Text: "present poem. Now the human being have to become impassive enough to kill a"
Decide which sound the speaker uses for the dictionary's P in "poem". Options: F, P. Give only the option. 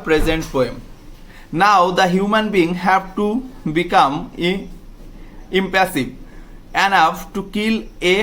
F